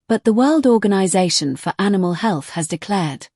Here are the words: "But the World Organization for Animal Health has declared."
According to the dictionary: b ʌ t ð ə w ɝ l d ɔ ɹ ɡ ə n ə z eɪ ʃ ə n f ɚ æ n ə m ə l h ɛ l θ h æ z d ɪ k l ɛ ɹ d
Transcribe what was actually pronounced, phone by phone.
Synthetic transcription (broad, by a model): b ʌ t ð ə w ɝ l d ɔ ɡ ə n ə z eɪ ʃ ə n f ɚ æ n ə m ə l h ɛ l θ h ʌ z d ɪ k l ɛ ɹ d